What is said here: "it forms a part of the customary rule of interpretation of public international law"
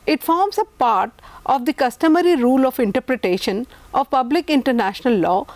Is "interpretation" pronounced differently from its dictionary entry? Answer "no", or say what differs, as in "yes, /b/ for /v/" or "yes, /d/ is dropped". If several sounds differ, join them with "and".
no